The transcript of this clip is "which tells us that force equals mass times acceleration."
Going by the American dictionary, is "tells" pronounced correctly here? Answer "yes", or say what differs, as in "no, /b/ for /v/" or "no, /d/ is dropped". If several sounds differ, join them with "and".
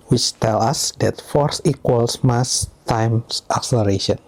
no, /z/ is dropped